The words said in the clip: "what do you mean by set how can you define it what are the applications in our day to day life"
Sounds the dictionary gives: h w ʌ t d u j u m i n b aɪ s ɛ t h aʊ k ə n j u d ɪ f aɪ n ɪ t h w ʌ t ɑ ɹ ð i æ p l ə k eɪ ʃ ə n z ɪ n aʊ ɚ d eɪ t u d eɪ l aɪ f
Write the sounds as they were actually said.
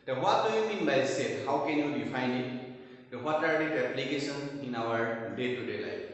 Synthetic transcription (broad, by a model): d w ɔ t d u j u m i n b aɪ s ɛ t h aʊ k ə n j u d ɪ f aɪ n ɪ t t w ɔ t ɑ ɹ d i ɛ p l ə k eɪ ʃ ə n ɪ n aʊ ɚ d eɪ t u d eɪ l aɪ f